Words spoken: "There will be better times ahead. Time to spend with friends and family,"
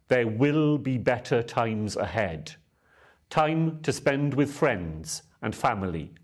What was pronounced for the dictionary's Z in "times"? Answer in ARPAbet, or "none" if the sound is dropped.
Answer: Z